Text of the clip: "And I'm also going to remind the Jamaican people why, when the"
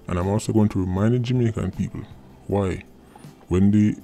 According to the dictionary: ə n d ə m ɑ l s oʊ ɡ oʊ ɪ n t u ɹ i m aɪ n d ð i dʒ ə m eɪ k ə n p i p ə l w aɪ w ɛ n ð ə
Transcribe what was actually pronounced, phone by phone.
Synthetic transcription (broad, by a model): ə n ə m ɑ s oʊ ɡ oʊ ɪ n t u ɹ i m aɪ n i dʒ m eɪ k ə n p i p ə l w aɪ w ɛ n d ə